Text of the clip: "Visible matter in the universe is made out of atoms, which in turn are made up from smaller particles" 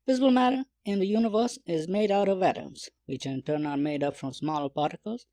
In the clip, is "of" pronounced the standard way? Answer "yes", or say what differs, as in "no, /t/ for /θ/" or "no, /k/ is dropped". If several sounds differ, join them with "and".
yes